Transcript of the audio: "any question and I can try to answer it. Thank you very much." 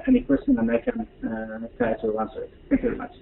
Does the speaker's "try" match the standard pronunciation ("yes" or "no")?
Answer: no